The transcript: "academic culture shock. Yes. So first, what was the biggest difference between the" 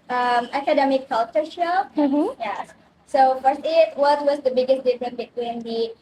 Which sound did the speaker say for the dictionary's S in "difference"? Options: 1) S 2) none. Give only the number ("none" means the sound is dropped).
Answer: 2